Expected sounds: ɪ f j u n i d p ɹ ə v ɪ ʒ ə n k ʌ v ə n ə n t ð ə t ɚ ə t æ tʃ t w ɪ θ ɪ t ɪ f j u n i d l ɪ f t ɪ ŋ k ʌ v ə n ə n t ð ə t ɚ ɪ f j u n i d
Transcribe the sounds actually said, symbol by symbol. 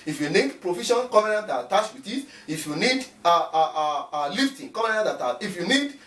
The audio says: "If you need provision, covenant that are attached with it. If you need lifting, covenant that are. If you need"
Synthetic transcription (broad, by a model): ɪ f j u n i d p ɹ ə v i ʃ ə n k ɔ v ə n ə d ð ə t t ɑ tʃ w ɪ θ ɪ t ɪ f j u n i d l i f t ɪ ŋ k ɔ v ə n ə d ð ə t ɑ ɪ f j u n i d